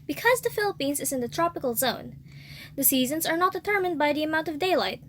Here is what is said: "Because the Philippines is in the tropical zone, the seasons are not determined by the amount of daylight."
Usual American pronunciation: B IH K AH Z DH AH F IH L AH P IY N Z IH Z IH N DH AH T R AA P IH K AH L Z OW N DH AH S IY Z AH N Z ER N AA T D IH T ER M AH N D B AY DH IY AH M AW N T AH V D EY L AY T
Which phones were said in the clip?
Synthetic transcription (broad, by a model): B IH K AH Z DH AH F IH L AH P IY N Z IH Z IH N DH AH T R AA P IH K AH L Z OW N DH AH S IY Z AH N Z ER N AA T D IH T ER M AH N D B AY DH IY AH M AW N T AH V D EY L AY T